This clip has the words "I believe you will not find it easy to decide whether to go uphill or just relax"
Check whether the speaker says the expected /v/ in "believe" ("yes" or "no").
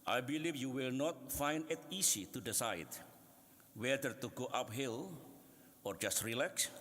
no